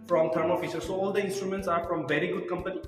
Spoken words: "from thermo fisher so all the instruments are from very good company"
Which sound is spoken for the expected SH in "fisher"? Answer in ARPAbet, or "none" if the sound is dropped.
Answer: S